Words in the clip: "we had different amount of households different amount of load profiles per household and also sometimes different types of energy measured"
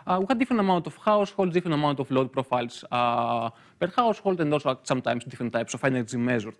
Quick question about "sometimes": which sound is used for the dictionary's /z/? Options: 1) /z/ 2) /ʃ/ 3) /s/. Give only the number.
3